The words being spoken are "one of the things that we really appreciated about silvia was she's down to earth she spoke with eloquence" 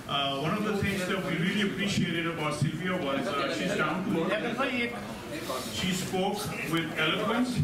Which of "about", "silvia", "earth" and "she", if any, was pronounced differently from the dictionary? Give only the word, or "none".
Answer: earth